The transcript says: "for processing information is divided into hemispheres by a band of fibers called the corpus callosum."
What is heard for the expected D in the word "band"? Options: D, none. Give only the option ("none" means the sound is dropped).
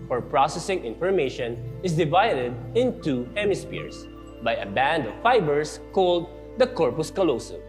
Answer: D